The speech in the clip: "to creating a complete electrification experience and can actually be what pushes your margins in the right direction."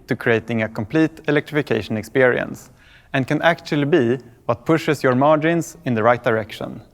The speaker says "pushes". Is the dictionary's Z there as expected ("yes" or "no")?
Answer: no